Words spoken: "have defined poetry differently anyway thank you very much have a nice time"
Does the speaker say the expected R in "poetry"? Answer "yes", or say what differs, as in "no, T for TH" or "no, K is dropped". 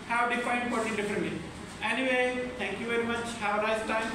no, R is dropped